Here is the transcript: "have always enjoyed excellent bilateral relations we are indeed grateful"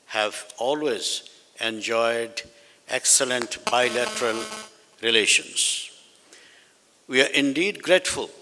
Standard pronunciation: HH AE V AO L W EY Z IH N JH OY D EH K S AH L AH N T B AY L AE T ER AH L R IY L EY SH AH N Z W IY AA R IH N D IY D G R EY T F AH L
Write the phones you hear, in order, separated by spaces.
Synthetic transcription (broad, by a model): HH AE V AO L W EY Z IH N JH OY D EH K S AH L AH N T B AY L AE T ER AH L R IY L EY SH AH N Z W IY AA R IH N D IY D G R EY T F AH L